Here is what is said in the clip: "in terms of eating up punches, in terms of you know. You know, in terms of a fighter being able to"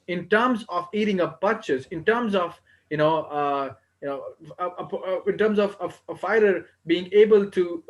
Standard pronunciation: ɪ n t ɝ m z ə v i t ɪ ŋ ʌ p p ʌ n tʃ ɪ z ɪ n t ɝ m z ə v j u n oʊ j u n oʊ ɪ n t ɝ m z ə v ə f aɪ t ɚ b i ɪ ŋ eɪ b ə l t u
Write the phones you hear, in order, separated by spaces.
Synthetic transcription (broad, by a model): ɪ n t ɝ m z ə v i t ɪ ŋ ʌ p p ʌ tʃ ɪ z ɪ n t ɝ m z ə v j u n oʊ j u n oʊ ɪ n t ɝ m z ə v ə f aɪ t ɚ b i ɪ ŋ eɪ b ə l t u